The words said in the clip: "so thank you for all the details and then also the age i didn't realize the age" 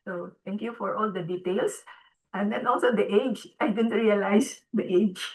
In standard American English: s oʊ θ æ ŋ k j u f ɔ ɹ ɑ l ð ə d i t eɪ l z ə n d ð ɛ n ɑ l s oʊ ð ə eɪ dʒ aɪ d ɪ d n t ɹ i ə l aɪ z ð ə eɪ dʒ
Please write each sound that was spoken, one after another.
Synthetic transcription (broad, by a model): s oʊ t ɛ ŋ k j u f ɔ ɹ ɑ l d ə d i t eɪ l s ə n d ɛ n ɑ l s oʊ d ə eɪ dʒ aɪ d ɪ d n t ɹ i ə l aɪ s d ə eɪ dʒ